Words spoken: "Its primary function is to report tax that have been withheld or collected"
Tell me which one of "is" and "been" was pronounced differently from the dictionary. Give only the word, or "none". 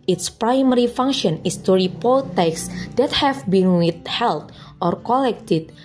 is